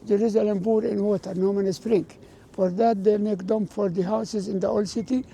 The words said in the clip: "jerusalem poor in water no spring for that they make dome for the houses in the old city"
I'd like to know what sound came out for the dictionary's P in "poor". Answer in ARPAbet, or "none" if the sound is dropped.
B